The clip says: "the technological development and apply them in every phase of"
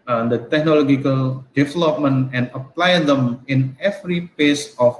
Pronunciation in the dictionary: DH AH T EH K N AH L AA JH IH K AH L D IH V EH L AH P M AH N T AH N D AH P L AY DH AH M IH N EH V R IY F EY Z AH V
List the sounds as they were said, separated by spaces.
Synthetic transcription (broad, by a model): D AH T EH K N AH L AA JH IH K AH L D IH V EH L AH P M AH N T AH N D AH P L AY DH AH M IH N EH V R IY P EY S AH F